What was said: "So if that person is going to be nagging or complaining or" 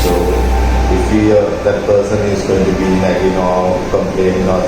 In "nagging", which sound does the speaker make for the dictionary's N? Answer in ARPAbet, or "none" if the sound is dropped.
L